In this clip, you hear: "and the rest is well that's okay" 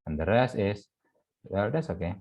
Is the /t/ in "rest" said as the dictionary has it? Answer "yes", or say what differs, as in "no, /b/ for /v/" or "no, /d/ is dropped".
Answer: no, /t/ is dropped